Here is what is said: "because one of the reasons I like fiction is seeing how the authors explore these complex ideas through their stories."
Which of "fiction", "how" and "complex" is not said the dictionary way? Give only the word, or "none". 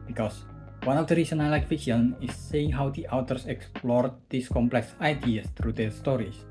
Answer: fiction